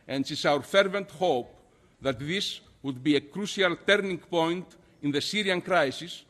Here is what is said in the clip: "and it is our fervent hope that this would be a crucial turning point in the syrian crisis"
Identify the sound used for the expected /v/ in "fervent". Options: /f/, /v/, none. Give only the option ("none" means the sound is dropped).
/v/